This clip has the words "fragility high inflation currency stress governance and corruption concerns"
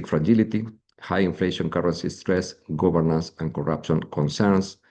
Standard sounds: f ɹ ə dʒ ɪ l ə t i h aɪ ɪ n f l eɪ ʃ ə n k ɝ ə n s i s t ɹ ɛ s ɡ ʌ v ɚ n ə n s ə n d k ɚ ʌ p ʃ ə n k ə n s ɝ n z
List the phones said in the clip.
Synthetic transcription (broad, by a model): f ɹ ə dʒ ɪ l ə t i h aɪ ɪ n f l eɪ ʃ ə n k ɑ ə n s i s t ɹ ɛ s ɡ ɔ b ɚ n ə n s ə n k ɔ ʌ p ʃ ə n k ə n s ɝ n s